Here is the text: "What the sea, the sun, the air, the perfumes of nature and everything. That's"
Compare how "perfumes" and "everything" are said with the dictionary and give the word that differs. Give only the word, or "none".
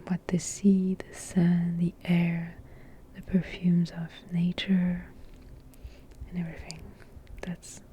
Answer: none